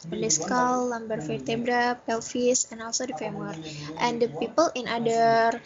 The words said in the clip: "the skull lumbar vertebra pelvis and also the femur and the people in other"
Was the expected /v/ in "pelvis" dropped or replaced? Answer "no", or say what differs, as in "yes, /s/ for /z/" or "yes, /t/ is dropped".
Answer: yes, /f/ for /v/